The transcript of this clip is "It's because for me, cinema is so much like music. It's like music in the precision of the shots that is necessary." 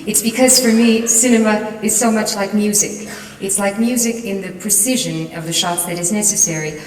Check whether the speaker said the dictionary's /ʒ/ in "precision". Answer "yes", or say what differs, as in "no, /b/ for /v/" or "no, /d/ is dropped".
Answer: yes